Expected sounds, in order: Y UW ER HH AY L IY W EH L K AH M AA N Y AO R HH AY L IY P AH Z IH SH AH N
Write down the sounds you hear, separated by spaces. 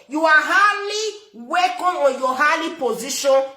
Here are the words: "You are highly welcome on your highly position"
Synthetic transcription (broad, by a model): Y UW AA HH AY L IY W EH K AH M AA N Y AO HH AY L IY P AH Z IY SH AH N